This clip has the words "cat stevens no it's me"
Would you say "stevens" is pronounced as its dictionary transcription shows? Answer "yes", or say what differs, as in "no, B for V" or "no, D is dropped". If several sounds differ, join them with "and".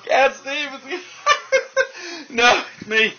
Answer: no, N is dropped